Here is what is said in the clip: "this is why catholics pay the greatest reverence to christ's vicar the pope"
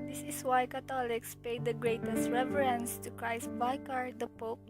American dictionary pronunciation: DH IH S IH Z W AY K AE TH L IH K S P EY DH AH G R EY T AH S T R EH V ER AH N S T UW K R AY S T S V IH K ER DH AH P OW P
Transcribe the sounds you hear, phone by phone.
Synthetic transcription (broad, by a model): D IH S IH S W AY K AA T L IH K S P EY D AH G R EY T AH S T R EH V ER AH N S T UW K R AY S S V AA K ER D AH P OW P